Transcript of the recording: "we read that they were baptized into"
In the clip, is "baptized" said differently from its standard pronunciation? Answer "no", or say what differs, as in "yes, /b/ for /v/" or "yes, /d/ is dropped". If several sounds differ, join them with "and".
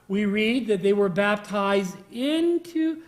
no